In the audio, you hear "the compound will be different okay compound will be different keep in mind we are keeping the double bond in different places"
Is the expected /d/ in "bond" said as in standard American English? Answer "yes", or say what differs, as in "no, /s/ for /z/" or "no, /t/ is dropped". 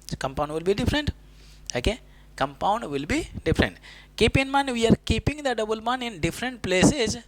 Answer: no, /d/ is dropped